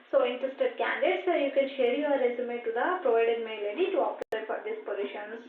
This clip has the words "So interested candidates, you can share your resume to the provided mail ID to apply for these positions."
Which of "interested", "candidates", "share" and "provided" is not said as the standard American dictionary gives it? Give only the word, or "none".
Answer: candidates